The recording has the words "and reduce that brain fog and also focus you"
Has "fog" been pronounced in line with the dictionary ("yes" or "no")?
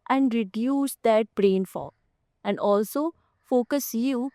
no